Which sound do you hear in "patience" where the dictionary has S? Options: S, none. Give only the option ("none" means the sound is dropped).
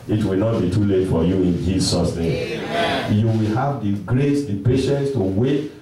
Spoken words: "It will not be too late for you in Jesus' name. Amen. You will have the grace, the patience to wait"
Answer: S